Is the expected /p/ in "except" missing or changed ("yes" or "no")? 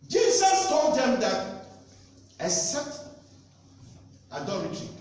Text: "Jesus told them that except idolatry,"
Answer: yes